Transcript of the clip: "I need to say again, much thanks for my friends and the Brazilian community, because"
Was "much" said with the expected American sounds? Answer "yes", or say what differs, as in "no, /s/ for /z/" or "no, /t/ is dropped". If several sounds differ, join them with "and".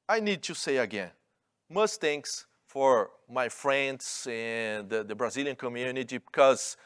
no, /s/ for /tʃ/